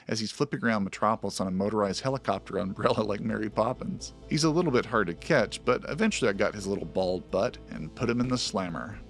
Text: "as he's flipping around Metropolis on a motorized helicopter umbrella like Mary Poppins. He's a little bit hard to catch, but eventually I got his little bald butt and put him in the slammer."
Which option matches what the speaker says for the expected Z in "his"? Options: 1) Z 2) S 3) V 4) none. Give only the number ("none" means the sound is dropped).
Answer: 1